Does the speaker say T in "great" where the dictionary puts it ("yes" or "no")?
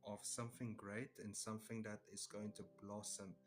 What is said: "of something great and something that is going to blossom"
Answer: yes